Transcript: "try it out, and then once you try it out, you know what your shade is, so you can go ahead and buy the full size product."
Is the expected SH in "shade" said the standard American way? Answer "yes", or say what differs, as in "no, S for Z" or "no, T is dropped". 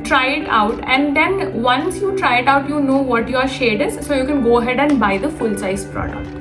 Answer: yes